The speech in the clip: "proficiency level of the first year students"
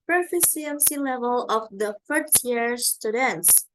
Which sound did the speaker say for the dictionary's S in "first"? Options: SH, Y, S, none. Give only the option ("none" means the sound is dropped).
none